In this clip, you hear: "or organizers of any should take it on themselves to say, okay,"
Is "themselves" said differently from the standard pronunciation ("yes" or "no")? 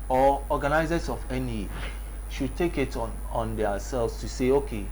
yes